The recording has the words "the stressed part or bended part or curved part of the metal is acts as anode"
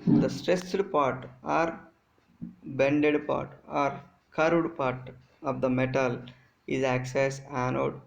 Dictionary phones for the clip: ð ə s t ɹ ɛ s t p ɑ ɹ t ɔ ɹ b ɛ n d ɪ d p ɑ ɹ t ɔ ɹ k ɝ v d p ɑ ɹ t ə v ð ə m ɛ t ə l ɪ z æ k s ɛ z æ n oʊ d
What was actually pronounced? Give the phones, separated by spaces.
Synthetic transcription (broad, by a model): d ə s t ɹ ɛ s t p ɑ ɹ t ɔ ɹ b ɛ n d ɪ d p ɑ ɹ t ɔ ɹ k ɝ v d p ɑ ɹ t ə v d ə m ɛ t ə l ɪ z æ k s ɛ s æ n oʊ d